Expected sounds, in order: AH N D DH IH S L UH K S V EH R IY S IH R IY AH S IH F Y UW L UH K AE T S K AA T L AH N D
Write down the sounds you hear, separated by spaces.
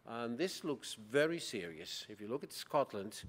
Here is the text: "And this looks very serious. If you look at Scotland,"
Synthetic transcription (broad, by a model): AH N DH IH S L UH K S V EH R IY S IH R IY AH S IH F Y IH L UH K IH T S K AA T L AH N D